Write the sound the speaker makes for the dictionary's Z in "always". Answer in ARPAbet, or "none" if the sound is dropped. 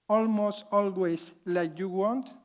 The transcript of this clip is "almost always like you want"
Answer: S